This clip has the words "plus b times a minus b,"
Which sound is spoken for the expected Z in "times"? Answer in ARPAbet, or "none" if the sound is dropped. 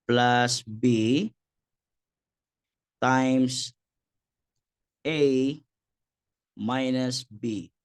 S